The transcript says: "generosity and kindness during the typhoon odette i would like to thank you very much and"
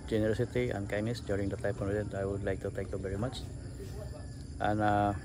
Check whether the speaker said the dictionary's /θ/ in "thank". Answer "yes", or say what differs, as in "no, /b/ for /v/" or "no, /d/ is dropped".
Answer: no, /t/ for /θ/